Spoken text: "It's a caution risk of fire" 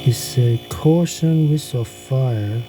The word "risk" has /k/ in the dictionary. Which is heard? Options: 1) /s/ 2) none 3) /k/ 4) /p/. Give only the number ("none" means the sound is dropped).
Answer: 2